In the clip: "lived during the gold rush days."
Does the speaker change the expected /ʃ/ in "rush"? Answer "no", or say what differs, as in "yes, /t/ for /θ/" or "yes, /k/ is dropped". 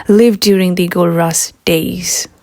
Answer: yes, /s/ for /ʃ/